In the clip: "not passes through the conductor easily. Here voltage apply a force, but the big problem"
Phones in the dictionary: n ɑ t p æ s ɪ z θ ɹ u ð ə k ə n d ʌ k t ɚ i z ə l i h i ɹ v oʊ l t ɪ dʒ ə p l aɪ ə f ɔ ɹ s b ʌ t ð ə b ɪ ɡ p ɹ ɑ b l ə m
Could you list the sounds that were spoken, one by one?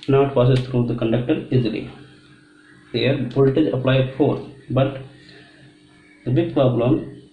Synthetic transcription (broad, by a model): n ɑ t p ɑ s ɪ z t ɹ u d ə k ə n d ʌ k t ɚ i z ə l i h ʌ ɹ b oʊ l t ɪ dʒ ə p l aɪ ə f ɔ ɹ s b ʌ t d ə b ɪ ɡ p ɹ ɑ b l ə m